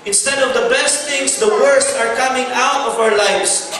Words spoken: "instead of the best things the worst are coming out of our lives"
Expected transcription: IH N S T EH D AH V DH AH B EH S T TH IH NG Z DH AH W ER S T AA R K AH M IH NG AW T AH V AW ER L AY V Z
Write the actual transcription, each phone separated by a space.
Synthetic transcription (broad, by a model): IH N S T EH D AH V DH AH B EH S T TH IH NG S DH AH W ER S T AA R K AH M IH NG AW T AH V AW ER L AY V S